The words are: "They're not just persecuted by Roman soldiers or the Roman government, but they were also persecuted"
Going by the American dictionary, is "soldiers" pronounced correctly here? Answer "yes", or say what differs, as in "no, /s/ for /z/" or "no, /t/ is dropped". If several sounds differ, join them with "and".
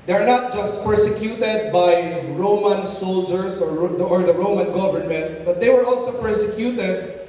no, /s/ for /z/